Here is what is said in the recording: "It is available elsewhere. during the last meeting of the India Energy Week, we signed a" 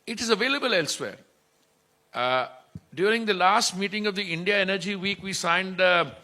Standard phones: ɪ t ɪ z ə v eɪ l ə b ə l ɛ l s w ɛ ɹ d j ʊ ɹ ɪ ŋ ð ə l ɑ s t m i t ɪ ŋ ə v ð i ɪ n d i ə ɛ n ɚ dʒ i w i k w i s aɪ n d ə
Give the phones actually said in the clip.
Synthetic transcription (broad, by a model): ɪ t ɪ z ə v eɪ l ə b ə l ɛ l s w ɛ ɹ d j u ɹ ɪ ŋ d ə l ɑ s t m i t ɪ ŋ ə v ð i ɪ n d i ə ɛ n ɚ dʒ i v i k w i s aɪ n d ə